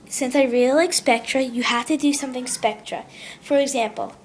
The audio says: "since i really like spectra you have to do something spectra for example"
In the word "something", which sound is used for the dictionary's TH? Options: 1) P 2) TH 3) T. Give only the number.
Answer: 2